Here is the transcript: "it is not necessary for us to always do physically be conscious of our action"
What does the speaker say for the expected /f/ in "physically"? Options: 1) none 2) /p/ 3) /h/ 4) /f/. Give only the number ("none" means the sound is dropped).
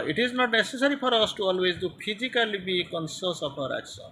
2